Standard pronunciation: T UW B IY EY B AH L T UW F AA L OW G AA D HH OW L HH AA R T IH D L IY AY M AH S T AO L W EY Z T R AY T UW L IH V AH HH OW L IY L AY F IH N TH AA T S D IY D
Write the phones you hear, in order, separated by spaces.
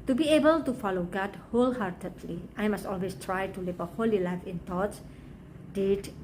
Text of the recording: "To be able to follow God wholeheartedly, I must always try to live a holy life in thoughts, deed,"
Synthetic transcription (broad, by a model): T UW B IY EY B AH L T UW F AA L OW G AA D HH OW L HH AA R T IH D L IY AY M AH S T AO L W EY S T R AY T UW L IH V AH HH OW L IY L AY F IH N T AA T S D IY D